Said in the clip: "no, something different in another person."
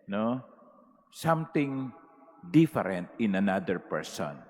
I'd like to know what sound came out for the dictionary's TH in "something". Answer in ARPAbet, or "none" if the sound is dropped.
T